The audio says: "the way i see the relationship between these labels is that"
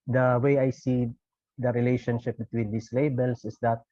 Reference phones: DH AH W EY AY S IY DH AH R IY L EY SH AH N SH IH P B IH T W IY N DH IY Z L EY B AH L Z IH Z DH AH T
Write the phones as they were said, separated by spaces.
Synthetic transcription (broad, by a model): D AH W EY AY S IY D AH R IY L EY SH AH N SH IH P B IH T W IY N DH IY S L EY B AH L S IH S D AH T